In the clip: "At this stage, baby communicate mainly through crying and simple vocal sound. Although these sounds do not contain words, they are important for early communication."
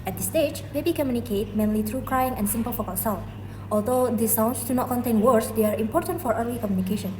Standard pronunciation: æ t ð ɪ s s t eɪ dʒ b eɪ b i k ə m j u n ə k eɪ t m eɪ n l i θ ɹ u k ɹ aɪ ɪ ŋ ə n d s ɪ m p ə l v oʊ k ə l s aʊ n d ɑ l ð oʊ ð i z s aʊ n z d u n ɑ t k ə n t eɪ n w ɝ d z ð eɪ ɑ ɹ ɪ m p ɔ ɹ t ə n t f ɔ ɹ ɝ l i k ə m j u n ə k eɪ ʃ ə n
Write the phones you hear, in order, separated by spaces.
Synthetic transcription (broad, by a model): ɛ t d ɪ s s t eɪ dʒ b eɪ b i k ə m j u n ə k eɪ t m eɪ n l i t ɹ u k ɹ aɪ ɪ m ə n s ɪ m p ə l f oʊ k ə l s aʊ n ɑ l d oʊ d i s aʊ n s d u n ɑ t k ə n t eɪ n w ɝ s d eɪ ɑ ɹ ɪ m p ɔ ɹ t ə n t f ɔ ɹ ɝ l i k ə m j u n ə k eɪ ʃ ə n